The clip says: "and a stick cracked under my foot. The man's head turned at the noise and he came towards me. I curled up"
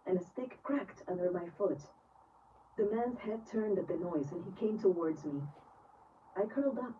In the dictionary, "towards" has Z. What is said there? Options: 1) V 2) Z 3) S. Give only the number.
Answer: 2